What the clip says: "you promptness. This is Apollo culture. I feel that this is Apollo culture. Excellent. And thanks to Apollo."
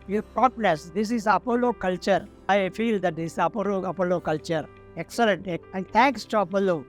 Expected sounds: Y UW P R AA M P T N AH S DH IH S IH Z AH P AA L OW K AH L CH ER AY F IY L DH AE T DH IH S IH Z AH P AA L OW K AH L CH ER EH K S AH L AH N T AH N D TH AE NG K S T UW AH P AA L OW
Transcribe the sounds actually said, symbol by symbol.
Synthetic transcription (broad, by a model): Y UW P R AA P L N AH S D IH S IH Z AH P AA L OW K AH L CH ER AY F IY L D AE T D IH S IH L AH P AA L OW K AH L CH ER EH K S AH L AH N T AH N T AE NG K S T UW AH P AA L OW